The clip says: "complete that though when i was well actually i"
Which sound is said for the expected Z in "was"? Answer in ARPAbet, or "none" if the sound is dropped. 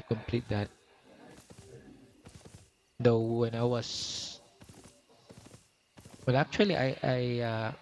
S